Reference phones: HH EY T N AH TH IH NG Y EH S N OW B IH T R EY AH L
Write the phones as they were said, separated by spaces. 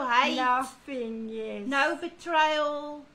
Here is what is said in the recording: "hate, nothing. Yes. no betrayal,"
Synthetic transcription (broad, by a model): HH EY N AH F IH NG Y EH N OW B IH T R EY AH L